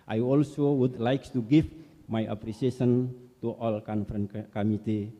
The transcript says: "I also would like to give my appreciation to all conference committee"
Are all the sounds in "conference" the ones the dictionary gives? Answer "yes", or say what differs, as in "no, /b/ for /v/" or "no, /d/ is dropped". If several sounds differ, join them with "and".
no, /s/ is dropped